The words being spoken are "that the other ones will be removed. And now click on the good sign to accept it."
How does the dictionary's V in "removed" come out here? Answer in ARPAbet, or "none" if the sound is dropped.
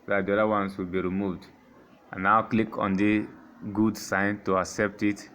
V